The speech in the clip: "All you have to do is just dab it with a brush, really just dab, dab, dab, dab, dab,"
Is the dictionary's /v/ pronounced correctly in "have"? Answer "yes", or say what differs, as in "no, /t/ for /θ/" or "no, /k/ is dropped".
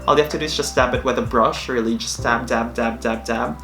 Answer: no, /f/ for /v/